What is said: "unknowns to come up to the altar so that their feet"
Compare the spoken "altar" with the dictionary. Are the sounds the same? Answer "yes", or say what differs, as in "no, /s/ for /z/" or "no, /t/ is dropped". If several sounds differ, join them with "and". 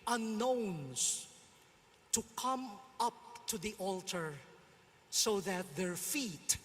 yes